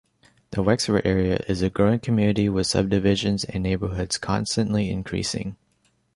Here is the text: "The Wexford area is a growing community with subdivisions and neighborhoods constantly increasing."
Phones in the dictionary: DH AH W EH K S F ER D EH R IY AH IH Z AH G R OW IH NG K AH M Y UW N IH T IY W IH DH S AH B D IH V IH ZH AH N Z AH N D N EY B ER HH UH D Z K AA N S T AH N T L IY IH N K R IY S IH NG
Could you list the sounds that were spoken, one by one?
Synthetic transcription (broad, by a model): DH AH W EH K S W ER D EH R IY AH IH Z AH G R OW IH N K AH M Y UW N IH T IY W IH DH S AH B D IH V IH ZH AH N Z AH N N EY B ER HH UH D Z K AA N S T AH N T L IY IH N K R IY S IH NG